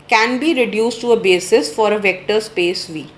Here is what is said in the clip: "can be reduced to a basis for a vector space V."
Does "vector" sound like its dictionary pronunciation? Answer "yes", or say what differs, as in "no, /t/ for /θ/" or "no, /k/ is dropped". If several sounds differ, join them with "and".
yes